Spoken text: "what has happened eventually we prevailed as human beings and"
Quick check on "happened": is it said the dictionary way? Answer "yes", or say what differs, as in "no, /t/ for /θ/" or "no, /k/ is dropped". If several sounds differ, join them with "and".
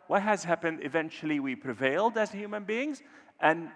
yes